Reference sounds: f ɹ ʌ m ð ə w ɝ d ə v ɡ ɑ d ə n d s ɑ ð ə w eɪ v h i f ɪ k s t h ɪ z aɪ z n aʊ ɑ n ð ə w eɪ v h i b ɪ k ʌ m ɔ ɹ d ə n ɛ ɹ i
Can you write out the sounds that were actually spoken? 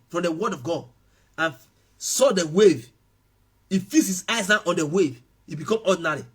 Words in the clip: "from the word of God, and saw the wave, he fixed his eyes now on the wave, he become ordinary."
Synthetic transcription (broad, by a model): f ɹ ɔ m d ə w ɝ d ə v ɡ ɑ d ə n s ɑ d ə w eɪ v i f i s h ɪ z aɪ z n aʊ ɑ n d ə w eɪ v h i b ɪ k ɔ m ɔ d n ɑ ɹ i